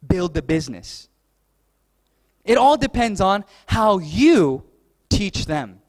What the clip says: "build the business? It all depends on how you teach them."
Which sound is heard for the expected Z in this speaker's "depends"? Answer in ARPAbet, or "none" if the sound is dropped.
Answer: Z